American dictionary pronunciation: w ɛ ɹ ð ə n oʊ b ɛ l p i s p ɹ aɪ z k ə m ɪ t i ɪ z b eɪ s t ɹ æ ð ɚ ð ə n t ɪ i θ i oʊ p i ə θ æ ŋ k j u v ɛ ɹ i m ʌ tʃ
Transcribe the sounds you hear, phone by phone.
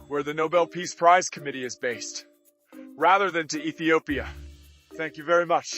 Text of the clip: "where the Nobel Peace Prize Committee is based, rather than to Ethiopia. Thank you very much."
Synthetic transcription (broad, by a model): w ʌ ɹ ð ə n oʊ b ɛ l p i s p ɹ aɪ z k ə m ɪ t i ɪ z b eɪ s t ɹ æ ð ɚ ð ə n t ɪ i θ i oʊ p i ə θ æ ŋ k j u v ɛ ɹ i m ʌ tʃ